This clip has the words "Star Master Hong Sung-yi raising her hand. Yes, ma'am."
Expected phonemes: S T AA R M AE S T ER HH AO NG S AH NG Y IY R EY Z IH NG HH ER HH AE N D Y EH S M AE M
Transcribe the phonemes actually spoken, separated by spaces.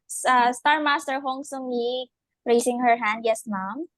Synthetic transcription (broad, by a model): S T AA R M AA S T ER HH AO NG S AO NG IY R EY S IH NG HH ER HH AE N D Y EH S M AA M